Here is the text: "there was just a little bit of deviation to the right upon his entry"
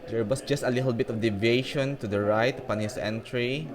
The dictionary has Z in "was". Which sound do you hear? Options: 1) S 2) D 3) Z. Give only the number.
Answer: 1